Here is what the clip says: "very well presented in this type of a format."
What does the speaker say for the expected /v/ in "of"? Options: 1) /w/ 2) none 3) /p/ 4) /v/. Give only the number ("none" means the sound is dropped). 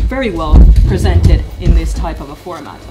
4